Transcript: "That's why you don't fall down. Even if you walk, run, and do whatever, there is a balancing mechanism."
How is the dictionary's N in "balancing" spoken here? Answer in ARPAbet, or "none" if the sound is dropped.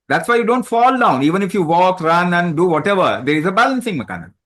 N